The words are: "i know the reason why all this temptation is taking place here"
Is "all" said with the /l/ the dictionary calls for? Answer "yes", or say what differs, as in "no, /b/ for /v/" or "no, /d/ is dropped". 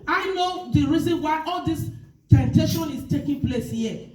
yes